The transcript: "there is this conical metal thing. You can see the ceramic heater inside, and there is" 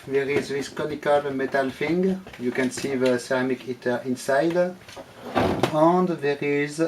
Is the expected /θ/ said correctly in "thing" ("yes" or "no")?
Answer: no